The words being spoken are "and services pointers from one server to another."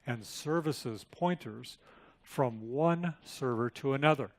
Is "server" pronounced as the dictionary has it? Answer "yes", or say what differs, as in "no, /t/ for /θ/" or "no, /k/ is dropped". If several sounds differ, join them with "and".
yes